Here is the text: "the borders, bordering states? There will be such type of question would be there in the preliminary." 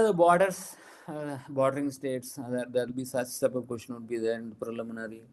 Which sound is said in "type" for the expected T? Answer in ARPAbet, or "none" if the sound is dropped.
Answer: S